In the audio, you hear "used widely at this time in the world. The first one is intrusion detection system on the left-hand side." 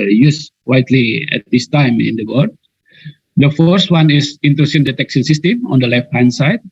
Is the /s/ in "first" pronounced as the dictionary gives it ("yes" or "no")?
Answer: yes